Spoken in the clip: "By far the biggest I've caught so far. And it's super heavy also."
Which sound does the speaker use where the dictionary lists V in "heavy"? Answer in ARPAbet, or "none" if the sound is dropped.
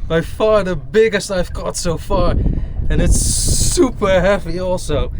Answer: P